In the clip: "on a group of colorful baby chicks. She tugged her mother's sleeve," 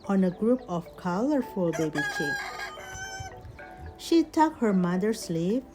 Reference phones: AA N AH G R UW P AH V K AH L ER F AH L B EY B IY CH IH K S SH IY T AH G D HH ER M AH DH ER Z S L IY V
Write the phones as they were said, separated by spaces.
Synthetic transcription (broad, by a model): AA N AH G R UW P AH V K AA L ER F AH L B EY B IY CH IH S SH IY T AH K HH ER M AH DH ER S L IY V